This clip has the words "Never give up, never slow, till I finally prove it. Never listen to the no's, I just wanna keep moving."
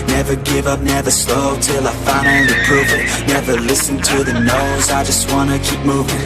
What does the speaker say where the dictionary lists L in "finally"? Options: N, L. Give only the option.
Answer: N